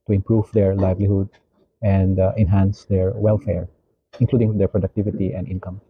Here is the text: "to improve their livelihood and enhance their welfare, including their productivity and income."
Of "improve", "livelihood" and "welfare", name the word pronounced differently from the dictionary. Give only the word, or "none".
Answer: none